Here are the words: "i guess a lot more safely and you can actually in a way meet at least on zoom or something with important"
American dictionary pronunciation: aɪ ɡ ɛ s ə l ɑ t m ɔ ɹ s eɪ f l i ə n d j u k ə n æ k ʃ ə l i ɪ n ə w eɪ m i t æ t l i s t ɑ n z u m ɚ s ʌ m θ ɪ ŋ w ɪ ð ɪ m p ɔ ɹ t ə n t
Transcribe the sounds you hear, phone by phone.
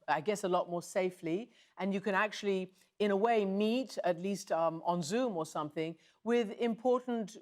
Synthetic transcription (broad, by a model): aɪ ɡ ɛ s ə l ɑ t m ɔ ɹ s eɪ f l i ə n j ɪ k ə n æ k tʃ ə l i ɪ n ə w eɪ m i t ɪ t l i s t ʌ n z u m ɚ s ʌ m θ ɪ ŋ w ɪ ð ɪ m p ɔ ɹ t n t